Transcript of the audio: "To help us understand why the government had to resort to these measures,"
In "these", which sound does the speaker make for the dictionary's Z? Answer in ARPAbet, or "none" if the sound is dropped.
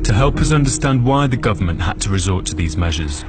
Z